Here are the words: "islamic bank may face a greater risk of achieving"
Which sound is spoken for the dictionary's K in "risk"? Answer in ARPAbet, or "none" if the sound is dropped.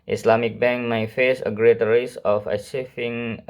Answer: none